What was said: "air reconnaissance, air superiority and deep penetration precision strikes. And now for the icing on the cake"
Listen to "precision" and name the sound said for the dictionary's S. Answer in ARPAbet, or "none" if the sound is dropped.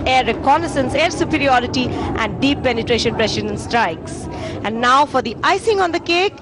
SH